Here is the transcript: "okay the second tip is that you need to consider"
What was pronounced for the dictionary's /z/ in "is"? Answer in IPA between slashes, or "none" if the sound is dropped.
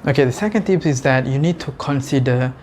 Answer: /z/